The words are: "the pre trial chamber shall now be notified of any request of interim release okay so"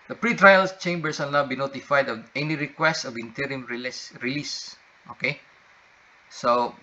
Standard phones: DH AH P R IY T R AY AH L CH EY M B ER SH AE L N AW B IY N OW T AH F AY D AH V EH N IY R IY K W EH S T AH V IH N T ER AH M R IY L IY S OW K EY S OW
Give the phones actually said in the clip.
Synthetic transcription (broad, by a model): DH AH P R IY T R AY AH L CH EY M B ER S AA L N AW B IY N OW T AH F AY D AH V EH N IY R IY K W EH S T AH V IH N T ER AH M R IY L IY S OW K EY S OW